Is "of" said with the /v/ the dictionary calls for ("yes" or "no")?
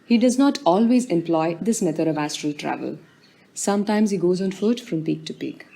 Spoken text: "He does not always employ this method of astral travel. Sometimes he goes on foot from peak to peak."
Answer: yes